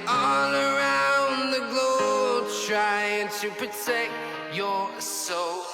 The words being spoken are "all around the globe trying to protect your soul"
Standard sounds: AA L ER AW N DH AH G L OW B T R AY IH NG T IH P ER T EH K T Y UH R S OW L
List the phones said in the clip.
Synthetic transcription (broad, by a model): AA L ER AW N DH AH G L OW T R AY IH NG T IH P ER T EH K T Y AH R S OW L